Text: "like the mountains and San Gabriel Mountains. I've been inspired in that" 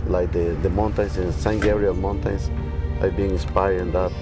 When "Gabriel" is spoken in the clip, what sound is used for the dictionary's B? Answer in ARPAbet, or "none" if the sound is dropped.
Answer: none